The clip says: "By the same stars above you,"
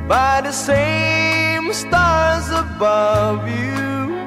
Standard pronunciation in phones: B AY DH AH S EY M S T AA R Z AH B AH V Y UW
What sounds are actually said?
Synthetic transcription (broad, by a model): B AY DH AH S EY M S T AA R Z AH B AH V Y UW